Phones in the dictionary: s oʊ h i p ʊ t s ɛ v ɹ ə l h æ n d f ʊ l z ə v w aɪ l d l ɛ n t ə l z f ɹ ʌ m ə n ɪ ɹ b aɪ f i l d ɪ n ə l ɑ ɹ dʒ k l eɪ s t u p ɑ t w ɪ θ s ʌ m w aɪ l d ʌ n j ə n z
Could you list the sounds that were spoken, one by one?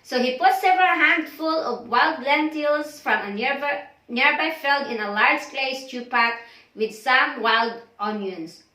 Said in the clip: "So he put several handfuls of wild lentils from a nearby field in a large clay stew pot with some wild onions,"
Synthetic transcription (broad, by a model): s oʊ h i p ʊ t s ɛ v ɹ ə l h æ n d f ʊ l ə v w aɪ l d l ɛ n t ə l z f ɹ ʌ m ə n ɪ ɹ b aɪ f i l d ɪ n ə l ɑ ɹ dʒ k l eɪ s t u p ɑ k w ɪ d s ʌ m w aɪ l d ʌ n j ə n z